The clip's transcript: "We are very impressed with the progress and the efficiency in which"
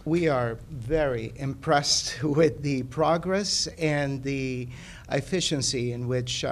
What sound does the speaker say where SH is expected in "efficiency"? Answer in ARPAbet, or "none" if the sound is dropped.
SH